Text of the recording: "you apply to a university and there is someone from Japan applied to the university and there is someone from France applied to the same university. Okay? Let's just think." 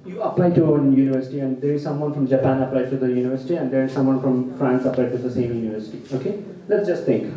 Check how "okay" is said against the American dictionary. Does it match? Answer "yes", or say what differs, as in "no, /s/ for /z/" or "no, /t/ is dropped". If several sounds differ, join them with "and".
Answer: yes